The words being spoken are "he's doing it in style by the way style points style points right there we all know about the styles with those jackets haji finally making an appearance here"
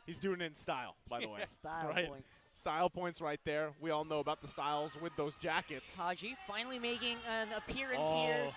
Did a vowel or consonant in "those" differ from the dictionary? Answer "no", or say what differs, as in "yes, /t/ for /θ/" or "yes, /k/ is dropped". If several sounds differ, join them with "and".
no